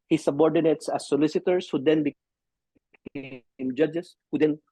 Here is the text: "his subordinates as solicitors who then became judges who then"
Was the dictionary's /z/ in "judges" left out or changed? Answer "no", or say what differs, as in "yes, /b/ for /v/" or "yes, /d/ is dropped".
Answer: yes, /s/ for /z/